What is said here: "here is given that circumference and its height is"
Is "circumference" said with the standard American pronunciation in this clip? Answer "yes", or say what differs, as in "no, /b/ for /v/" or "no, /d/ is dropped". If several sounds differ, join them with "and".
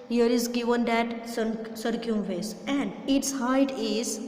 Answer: no, /n/ is dropped